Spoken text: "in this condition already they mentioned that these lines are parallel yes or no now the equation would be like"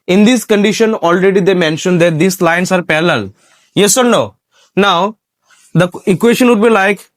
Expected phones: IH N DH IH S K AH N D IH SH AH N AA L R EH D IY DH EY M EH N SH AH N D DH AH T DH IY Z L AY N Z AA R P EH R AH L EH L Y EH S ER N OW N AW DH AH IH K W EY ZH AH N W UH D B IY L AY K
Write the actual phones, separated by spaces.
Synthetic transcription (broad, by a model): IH N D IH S K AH N D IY SH AH N AA L R EH D IY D EY M EH N SH AH N D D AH T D IY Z L AY N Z AA R P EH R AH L L Y EH S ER N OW N AW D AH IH K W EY SH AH N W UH D B IY L AY K